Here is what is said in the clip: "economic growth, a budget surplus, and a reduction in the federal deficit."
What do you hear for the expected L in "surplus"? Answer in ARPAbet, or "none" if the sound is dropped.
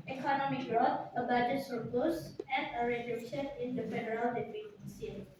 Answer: none